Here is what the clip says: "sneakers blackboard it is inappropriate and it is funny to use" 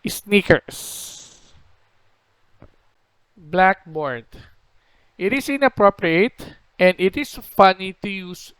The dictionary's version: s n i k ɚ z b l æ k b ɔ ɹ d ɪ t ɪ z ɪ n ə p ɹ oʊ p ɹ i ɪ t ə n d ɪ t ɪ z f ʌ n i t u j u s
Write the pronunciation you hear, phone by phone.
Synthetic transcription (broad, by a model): s n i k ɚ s b l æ k b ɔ ɹ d ɪ t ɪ s ɪ n ə p ɹ oʊ p ɹ i ɪ t ə n d ɪ t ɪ s f ʌ n i t u j u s